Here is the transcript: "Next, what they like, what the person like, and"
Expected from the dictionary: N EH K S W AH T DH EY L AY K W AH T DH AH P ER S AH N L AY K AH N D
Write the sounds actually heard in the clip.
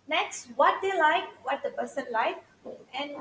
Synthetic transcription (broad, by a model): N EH K S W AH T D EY L AY K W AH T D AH B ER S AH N L AY K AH N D